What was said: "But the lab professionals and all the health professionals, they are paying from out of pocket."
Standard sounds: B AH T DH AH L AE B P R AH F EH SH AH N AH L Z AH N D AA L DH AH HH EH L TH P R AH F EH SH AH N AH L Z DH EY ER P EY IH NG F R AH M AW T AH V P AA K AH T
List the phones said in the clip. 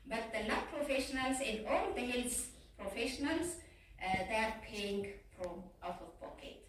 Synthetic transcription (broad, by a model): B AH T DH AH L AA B P R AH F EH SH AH N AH L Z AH N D AA L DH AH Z P R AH F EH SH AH N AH L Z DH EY ER P EY IH NG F R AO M AW T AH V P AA K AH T